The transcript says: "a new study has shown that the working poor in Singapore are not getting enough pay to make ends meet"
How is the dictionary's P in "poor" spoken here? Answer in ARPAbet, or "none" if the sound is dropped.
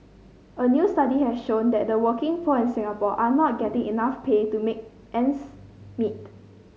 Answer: F